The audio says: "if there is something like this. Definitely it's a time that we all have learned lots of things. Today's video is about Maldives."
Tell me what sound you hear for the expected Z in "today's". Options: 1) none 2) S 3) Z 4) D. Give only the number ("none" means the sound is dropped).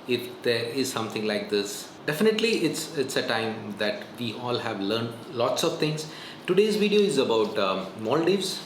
3